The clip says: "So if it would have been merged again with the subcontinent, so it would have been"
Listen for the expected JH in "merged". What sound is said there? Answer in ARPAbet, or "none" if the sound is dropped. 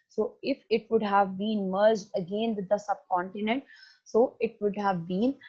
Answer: JH